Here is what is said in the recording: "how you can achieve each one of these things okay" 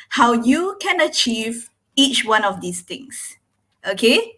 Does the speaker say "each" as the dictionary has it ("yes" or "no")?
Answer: yes